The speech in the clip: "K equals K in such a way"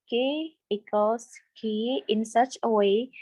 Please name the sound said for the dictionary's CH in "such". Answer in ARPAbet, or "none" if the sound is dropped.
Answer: CH